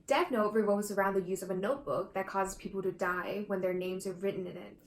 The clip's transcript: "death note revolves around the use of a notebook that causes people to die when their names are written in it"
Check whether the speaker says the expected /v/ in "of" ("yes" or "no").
yes